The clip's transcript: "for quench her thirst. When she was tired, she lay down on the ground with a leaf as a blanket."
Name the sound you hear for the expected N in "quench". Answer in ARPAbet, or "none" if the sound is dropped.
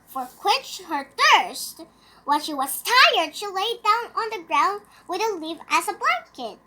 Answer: none